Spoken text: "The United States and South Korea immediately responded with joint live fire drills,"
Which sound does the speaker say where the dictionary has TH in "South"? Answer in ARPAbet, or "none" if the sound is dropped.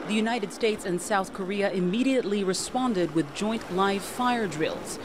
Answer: TH